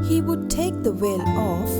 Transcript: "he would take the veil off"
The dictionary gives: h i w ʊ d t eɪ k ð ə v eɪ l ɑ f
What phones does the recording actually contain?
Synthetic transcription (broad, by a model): h i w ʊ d t eɪ k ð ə w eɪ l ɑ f